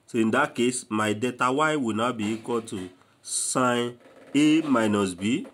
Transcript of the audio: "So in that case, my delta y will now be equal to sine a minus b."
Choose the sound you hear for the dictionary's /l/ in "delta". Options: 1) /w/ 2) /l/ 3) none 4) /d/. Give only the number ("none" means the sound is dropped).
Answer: 3